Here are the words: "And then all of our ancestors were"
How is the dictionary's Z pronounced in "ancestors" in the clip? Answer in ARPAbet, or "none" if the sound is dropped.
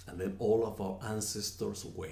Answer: S